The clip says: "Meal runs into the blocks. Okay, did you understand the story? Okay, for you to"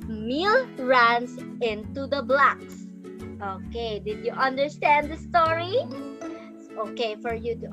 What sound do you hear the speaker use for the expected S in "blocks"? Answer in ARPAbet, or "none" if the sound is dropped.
S